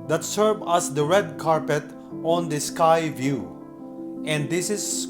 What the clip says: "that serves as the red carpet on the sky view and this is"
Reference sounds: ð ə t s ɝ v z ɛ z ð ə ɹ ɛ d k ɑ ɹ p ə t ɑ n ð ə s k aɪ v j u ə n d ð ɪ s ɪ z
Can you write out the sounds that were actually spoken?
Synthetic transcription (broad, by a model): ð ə t s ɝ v ɑ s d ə ɹ ɛ d k ɑ ɹ p ə t ɑ n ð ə s k aɪ v j u ə n d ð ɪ s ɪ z